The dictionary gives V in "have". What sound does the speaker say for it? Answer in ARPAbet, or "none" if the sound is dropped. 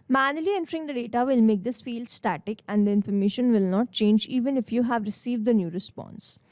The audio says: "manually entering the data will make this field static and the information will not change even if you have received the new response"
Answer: V